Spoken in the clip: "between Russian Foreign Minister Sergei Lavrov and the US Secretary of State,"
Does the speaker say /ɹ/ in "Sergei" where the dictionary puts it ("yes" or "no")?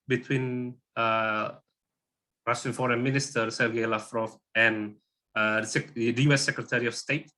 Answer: no